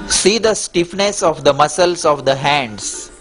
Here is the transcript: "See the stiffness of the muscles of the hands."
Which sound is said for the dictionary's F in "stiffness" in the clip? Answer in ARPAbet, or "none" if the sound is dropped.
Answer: F